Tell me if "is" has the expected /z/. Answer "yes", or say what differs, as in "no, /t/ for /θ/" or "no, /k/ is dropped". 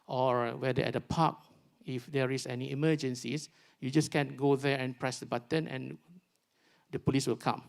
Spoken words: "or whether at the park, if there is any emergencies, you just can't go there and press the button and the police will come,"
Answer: no, /s/ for /z/